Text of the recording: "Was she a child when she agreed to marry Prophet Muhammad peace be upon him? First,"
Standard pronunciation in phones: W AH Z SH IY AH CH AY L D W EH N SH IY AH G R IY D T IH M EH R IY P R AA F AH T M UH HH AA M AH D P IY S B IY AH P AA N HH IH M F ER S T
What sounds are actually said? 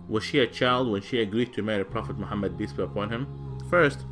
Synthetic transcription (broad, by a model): W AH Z SH IY AH CH AY L D W EH N SH IY AH G R IY D T IH M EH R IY P R AA F AH T M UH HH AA M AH D B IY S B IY AH P AA N HH IH M F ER S T